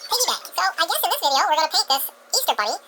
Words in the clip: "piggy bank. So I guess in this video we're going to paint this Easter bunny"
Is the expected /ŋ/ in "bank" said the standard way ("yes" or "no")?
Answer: no